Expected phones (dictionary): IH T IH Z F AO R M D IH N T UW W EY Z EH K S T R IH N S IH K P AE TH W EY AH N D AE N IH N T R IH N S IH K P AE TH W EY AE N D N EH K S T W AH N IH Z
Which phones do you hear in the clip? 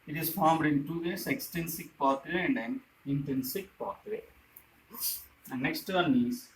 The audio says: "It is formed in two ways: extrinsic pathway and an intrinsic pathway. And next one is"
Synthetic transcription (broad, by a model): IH T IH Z F AO R M D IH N T UW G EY S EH K S T EH N S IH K P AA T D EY AH N D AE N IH N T R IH N S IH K P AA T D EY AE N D N EH K S T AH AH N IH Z